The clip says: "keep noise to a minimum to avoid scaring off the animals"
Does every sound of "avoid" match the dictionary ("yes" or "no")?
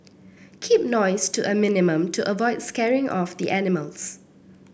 yes